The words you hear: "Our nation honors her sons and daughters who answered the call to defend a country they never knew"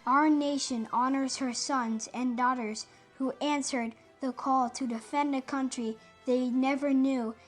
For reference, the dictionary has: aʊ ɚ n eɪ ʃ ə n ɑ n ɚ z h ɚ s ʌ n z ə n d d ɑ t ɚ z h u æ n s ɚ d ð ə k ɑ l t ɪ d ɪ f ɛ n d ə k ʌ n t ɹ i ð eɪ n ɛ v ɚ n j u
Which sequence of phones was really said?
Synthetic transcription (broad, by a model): aʊ ɚ n eɪ ʃ ə n ɑ n ɚ z h ɚ s ʌ n z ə n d d ɑ t ɚ z h u æ n s ɚ d ð ə k ɑ l t ɪ d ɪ f ɛ n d ə k ʌ n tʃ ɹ i ð eɪ n ɛ v ɚ n j u